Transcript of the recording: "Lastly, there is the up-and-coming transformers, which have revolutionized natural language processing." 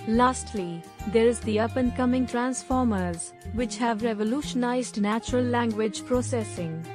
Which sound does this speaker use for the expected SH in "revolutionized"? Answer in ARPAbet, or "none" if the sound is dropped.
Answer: SH